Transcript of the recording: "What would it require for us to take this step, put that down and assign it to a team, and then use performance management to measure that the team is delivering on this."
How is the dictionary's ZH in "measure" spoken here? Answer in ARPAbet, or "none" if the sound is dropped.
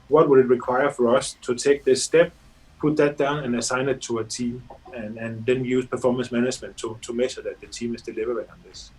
SH